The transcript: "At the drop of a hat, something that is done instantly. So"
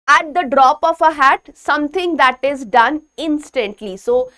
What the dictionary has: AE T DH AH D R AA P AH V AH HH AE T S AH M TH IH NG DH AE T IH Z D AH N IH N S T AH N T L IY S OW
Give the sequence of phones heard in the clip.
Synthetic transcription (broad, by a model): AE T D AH D R AA P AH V AH HH AE T S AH M T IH NG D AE T IH Z D AH N IH N S T AH N T L IY S OW